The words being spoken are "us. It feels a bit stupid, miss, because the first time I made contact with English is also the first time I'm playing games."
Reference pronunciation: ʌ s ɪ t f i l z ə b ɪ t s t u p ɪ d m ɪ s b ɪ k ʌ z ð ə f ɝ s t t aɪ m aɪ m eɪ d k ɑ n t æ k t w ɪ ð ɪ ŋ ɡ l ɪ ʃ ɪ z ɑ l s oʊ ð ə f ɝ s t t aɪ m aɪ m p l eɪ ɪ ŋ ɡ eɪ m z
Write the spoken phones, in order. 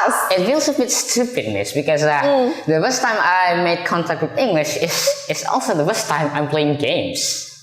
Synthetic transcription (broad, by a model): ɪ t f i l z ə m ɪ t s t u p ɪ d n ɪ s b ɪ k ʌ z ð ə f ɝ s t t aɪ m aɪ m eɪ d k ɑ n t æ k t w ɪ ð ɪ ŋ ɡ l ɪ ʃ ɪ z ɑ l s oʊ ð ə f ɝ s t t aɪ m aɪ m p l eɪ ɪ ŋ ɡ eɪ m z